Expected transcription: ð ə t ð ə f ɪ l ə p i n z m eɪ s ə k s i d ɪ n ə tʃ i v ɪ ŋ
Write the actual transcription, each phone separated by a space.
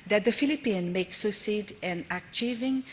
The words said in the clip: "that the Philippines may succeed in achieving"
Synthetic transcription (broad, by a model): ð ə t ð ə f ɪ l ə p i n m eɪ s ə s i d ɪ n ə tʃ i v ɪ ŋ